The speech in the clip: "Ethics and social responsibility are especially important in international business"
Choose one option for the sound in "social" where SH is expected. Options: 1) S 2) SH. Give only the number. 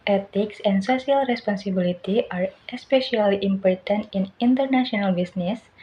1